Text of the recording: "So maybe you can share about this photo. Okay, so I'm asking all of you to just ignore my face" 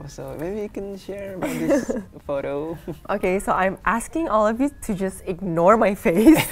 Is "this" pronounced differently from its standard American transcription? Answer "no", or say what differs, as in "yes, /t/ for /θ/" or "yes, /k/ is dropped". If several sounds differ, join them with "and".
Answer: yes, /s/ is dropped